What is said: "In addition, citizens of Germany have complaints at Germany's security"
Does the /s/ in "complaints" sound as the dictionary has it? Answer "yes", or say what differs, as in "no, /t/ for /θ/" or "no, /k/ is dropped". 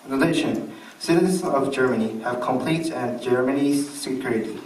no, /s/ is dropped